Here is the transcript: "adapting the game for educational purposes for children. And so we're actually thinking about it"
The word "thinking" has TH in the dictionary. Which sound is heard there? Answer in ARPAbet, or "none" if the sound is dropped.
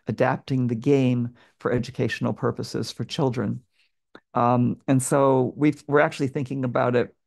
TH